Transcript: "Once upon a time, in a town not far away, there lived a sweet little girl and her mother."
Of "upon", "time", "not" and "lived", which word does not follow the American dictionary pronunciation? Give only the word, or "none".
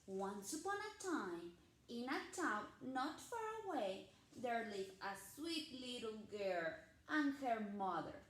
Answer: lived